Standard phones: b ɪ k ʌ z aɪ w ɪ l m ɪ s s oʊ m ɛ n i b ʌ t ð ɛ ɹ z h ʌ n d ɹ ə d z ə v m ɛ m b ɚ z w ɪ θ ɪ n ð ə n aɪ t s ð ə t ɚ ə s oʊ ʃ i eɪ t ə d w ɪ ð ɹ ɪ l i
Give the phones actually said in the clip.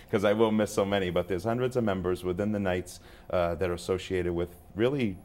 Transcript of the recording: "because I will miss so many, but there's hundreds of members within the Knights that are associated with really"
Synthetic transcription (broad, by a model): k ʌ z aɪ w ɪ l m ɪ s s oʊ m ɛ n i b ʌ t ð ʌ ɹ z h ʌ n d ɹ ə d z ə v m ɛ m b ɚ z w ɪ θ ɪ n ð ə n aɪ t s ð ə t ɚ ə s oʊ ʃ i eɪ t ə d w ɪ ð ɹ ɪ l i